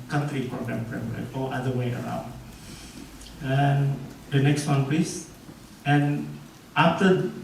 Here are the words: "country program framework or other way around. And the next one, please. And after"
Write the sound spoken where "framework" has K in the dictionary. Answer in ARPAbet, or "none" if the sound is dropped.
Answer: none